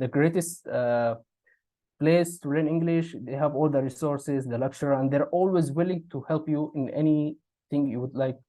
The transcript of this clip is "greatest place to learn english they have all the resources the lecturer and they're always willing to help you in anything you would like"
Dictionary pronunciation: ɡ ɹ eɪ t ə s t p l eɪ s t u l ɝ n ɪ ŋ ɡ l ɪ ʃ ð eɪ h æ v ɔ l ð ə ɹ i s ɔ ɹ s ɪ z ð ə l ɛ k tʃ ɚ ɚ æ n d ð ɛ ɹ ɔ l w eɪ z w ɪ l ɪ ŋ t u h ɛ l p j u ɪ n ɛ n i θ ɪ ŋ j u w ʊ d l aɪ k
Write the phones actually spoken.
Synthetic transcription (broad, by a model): ɡ ɹ eɪ t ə s t p l eɪ s t u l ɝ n ɪ ŋ ɡ l ɪ ʃ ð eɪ h æ v ɔ l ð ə ɹ i s ɔ ɹ s ɪ z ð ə l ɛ k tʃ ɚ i æ n d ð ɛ ɹ ɔ l w eɪ z w ɪ l ɪ ŋ t u h ɛ l p j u ɪ n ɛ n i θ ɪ ŋ j u w ʊ d l aɪ k